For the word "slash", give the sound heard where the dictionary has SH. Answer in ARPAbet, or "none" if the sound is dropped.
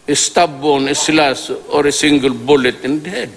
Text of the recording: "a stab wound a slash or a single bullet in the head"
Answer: S